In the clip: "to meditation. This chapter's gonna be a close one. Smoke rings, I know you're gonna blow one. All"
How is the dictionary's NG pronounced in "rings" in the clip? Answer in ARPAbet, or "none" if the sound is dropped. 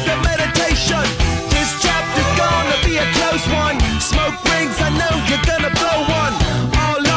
NG